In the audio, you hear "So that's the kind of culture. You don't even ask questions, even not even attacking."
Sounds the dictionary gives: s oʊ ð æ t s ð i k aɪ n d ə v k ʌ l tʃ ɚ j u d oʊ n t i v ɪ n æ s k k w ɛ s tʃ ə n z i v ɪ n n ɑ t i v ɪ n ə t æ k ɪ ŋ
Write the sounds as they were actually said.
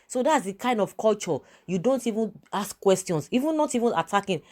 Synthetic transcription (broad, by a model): s oʊ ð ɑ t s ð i k aɪ n d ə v k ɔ l tʃ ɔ j u d oʊ n t i v ɪ n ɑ s k k w ɛ s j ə n s i v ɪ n n ɑ t i v ɪ n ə t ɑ k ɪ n